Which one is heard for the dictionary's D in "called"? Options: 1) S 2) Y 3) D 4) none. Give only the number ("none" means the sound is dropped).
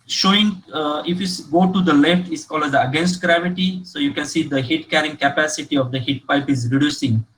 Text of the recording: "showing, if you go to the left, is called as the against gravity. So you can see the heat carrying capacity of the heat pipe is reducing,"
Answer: 4